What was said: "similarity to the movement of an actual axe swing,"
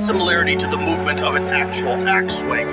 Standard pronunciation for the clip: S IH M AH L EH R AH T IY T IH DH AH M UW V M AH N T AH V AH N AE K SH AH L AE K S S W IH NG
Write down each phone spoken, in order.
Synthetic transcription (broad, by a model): S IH M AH L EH R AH T IY T IH DH AH M UW V M AH N T AH V AH N AE K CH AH L AE K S S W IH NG